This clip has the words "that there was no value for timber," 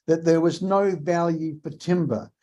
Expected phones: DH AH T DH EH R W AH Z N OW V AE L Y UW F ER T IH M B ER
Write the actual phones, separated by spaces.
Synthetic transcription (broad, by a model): DH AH T DH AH R W AH Z N OW V AE L Y UW F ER T IH M B ER